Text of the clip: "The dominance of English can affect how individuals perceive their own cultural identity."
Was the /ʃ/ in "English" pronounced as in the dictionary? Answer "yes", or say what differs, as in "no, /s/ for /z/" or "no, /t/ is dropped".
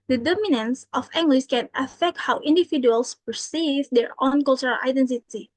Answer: no, /s/ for /ʃ/